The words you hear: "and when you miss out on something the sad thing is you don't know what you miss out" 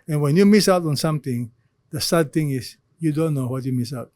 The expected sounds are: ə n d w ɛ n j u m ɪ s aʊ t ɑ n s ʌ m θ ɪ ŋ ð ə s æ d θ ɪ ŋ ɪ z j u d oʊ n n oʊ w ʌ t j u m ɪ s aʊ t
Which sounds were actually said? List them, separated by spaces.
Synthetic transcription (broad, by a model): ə n w ɛ n j u m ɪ s aʊ t ɑ n s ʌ m t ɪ ŋ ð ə s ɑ d t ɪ ŋ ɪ s j u d oʊ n n oʊ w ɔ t j u m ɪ s aʊ t